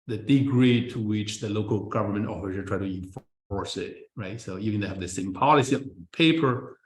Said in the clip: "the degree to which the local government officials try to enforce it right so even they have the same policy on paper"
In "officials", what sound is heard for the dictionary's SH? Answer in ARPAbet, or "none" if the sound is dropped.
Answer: S